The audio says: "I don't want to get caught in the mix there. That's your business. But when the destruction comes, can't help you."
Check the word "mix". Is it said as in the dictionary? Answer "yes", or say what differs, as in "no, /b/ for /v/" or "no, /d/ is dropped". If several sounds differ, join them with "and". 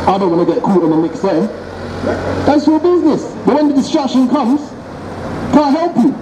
yes